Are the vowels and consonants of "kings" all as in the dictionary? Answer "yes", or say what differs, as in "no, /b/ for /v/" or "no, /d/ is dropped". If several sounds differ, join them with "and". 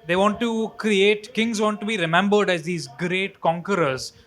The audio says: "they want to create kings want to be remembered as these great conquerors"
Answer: yes